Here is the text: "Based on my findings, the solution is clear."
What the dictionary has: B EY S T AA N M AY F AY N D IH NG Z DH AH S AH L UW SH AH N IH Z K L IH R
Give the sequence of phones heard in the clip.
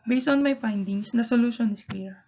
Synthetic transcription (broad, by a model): B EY S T AA N M AY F AY N D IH NG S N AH S AH L UW SH AH N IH S K L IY R